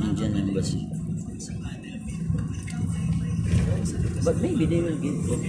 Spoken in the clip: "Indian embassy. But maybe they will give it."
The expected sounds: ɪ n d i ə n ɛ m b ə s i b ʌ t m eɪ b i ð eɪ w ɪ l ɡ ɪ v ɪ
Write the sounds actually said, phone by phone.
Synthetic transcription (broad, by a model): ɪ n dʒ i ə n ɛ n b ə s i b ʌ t m eɪ b i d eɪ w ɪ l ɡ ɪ ɪ